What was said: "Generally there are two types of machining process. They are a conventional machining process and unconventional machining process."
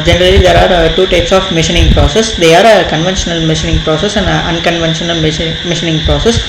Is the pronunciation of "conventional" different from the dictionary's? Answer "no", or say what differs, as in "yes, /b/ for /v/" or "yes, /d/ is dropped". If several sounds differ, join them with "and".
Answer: no